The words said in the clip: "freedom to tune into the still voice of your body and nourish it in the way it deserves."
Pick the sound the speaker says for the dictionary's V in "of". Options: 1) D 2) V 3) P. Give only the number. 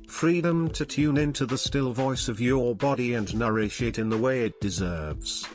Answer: 2